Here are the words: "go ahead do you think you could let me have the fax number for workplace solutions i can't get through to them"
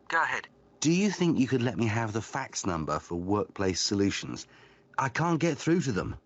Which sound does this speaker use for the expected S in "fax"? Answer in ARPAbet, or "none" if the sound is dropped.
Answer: S